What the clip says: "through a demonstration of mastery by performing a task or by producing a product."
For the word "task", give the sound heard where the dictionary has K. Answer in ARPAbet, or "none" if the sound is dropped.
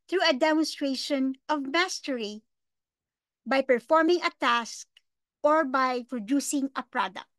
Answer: K